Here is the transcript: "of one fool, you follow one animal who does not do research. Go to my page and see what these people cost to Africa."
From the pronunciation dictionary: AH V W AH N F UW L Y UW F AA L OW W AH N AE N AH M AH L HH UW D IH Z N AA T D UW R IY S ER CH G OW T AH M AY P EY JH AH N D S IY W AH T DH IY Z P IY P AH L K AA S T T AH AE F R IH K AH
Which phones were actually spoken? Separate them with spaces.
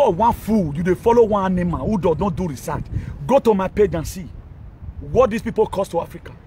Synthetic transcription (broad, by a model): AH W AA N F UW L Y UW F AA L OW W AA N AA N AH M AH N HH UW D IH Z N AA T D UW R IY S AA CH G OW T AH M AY P EY JH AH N S IY W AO T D IY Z P IY P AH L K AA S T T AH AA F R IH K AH